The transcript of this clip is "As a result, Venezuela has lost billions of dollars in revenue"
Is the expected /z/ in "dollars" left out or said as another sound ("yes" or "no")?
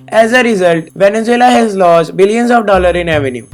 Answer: yes